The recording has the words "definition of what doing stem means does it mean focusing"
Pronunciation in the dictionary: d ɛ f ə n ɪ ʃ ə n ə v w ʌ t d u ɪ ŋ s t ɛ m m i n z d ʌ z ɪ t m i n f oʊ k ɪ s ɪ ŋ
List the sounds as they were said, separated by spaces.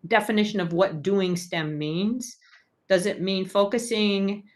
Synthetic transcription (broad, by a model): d ɛ f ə n ɪ ʃ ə n ə v w ʌ t d u ɪ ŋ s t ɛ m m i n z d ʌ z ɪ t m i n f oʊ k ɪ s ɪ ŋ